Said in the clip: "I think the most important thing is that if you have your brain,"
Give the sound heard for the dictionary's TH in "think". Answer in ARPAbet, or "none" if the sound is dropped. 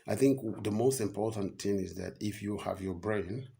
TH